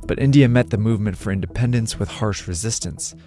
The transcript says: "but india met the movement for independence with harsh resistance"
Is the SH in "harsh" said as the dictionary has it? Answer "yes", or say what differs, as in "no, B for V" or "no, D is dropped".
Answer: yes